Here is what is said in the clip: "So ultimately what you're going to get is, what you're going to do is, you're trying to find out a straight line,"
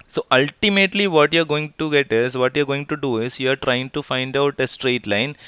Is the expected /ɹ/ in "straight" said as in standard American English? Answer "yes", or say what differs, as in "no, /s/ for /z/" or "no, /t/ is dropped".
yes